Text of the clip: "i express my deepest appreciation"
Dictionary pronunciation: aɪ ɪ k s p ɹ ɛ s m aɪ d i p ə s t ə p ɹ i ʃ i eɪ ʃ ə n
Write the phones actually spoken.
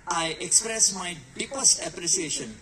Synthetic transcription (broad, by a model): aɪ ɪ k s p ɹ ɛ s m aɪ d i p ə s ə p ɹ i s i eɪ ʃ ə n